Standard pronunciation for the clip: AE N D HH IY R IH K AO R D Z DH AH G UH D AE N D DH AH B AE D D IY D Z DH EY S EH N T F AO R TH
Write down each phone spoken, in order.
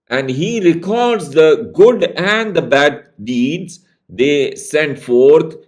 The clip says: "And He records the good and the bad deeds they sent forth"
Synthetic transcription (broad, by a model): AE N D HH IY R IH K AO R D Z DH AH G UH D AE N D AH B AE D D IY D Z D EY S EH N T F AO R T